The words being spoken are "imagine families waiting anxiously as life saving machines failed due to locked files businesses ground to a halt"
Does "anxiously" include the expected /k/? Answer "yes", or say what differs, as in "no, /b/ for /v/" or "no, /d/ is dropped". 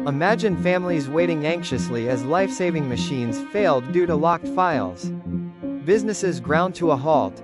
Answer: yes